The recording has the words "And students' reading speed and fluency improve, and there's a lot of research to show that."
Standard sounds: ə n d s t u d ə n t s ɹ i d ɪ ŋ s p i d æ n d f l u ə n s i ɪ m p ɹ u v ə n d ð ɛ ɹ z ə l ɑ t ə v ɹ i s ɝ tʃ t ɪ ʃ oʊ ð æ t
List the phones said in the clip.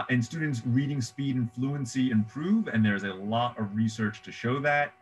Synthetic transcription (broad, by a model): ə n s t u d n t s ɹ i d ɪ ŋ s p i d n f l u ə n s i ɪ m p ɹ u v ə n ð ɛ ɹ z ə l ɑ t ə v ɹ i s ɝ tʃ t ɪ ʃ oʊ ð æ t